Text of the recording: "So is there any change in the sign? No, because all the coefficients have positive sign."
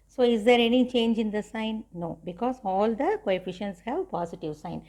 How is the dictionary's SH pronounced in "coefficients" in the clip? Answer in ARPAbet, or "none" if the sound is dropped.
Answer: SH